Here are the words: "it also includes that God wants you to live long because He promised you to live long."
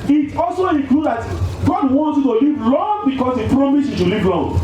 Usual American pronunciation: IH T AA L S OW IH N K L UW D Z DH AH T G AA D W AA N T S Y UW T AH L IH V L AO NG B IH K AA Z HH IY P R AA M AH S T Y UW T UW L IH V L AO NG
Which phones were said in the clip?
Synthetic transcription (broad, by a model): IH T AA L S OW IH K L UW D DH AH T G AA D W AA N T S Y UW T AH L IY V L AO NG B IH K AA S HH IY P R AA M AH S Y UW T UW L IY V L AO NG